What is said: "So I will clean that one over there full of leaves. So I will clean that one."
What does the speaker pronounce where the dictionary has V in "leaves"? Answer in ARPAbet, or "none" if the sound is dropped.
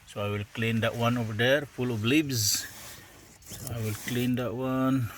B